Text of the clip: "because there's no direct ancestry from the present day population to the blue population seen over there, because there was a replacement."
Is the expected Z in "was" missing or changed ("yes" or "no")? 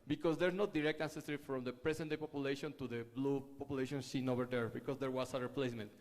yes